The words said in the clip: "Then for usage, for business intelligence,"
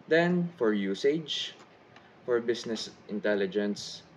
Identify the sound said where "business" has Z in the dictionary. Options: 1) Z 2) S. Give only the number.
2